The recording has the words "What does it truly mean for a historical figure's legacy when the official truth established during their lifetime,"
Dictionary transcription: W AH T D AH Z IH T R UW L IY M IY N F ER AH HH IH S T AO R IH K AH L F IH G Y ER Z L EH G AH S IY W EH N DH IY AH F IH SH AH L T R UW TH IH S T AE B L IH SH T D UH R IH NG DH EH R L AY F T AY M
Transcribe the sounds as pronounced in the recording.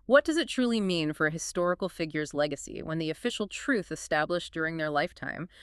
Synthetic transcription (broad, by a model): W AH T D AH Z IH T R UW L IY M IY N F ER HH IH S T AO R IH K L F IH G Y ER Z L EH G AH S IY W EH N DH IY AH F IH SH L T R UW TH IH S T AE B L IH SH D UH R IH NG DH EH R L AY F T AY M